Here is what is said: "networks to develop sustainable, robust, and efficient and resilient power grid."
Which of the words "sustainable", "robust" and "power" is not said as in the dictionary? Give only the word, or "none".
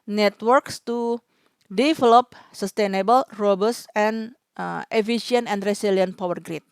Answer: robust